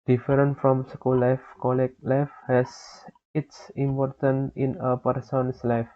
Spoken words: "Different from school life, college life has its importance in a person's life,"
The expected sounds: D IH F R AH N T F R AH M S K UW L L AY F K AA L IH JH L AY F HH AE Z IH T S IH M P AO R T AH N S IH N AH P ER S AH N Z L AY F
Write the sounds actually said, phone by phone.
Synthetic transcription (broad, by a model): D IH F R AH N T F R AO M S K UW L L AY F K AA L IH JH L AY F HH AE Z IH T S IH M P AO R T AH N IH N AH P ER S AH N S L AY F